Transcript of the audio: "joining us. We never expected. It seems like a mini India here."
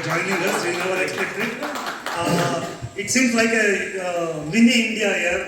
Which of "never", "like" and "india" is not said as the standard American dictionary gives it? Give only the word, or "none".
never